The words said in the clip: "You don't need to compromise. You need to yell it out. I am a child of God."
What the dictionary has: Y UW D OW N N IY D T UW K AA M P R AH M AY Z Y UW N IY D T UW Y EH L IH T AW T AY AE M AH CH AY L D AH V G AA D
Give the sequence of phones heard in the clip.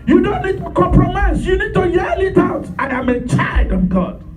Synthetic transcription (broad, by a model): Y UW D OW N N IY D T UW K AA M P R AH M AY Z Y UW N IY D T UW Y EH L IH T AW T AY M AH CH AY D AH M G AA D